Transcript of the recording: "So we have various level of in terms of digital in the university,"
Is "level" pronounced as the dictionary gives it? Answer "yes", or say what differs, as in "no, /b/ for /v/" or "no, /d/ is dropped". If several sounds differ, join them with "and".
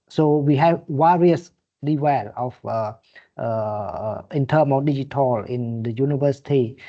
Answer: no, /w/ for /v/